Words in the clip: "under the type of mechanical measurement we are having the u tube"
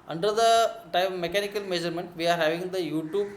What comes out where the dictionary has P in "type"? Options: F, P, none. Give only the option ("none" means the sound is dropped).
none